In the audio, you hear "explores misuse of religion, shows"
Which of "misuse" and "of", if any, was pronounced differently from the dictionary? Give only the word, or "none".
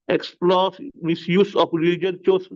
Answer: of